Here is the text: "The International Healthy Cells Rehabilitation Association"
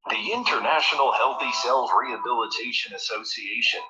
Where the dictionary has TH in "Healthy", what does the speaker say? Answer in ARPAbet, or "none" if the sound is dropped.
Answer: TH